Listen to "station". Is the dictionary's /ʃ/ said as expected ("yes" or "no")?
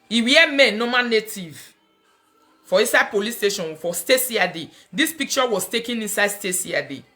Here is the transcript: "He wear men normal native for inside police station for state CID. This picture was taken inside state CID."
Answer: yes